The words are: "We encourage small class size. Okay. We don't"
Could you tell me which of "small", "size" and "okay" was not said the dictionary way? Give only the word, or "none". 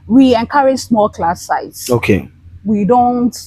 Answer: size